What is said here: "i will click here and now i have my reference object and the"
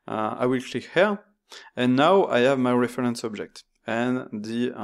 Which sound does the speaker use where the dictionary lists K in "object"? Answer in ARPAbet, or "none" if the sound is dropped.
K